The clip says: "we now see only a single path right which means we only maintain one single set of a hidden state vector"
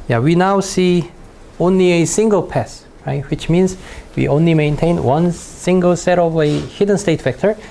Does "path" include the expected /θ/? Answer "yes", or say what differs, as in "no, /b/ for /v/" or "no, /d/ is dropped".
no, /s/ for /θ/